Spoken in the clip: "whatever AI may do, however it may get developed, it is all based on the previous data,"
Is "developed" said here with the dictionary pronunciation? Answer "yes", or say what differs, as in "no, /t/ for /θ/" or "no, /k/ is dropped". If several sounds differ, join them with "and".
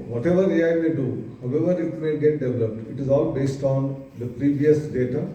yes